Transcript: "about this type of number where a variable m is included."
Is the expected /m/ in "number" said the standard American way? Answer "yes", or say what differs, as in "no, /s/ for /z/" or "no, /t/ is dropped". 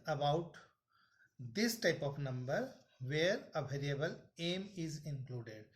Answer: yes